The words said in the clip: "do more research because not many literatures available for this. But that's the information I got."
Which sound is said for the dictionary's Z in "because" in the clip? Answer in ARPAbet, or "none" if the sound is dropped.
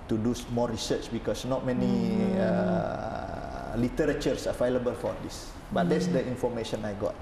S